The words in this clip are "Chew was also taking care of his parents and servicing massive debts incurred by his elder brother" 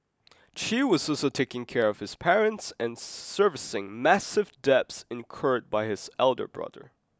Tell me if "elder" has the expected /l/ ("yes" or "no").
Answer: yes